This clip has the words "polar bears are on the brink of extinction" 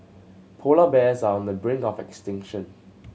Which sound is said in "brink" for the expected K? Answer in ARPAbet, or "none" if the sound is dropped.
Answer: none